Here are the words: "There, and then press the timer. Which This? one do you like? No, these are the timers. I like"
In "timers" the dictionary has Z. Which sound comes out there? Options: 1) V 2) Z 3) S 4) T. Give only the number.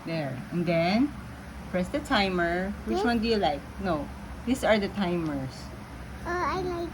3